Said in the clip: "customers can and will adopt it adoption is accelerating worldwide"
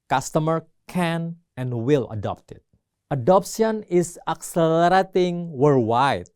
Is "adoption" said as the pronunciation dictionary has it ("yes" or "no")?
no